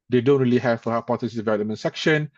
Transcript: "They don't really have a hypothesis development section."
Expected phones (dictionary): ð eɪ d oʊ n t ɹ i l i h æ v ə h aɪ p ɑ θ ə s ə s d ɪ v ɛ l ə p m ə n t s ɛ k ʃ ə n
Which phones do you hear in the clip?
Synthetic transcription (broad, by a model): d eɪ d oʊ n t ɹ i l i h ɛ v ə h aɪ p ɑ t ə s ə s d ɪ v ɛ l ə m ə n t s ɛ k ʃ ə n